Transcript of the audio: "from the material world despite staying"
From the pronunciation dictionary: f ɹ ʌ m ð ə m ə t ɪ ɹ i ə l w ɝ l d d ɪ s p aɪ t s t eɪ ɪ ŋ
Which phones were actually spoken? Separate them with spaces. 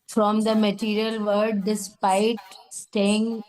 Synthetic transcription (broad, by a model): f ɹ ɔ m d ə m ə t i ɹ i ə l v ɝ d d ɪ s p aɪ t s t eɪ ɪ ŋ